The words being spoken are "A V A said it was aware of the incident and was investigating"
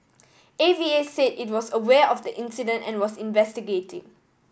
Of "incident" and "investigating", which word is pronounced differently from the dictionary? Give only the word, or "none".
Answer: none